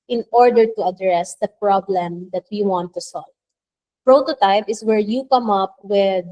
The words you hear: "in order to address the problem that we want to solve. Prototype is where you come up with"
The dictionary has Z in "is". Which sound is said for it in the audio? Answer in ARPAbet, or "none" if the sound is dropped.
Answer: S